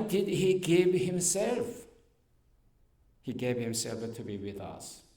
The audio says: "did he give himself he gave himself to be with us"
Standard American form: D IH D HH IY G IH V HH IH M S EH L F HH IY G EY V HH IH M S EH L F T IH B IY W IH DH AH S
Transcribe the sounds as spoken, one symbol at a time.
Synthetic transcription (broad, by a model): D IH D HH IY G IH V HH IH M S EH L F HH IY G EY V HH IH M S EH L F T IH B IY W IH DH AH S